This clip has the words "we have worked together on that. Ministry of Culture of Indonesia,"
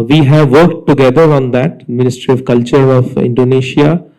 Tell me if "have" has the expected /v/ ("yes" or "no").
yes